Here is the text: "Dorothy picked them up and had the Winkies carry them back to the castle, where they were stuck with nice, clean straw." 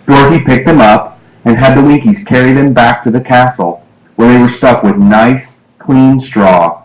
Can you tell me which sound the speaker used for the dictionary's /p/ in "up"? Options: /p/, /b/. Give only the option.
/p/